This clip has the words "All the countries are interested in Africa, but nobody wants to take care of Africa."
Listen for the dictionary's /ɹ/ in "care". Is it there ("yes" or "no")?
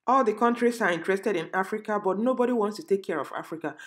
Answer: yes